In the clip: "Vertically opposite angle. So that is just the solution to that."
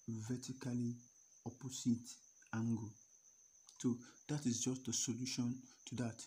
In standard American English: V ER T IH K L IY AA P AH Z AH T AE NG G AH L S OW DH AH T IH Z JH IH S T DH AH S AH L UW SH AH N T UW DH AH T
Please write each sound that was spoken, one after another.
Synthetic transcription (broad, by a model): V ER T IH K L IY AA P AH S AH T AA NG G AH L S OW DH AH T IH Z JH IH S T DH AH S AH L UW SH AH N T UW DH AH T